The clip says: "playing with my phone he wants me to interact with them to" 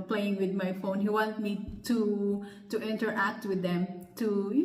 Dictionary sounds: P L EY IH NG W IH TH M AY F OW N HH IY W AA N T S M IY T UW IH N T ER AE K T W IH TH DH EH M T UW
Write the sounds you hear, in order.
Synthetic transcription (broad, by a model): P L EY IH NG W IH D M AY F OW N HH IY W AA N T M IY T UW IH N T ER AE K T W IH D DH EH M T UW